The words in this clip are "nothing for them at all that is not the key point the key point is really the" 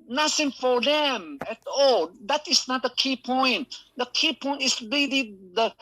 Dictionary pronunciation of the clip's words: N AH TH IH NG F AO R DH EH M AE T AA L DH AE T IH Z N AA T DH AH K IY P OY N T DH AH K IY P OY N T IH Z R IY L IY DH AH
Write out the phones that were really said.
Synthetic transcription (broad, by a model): N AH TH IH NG F AO R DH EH M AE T AA L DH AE T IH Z N AA T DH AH K IY P OY N T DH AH K IY P OY N T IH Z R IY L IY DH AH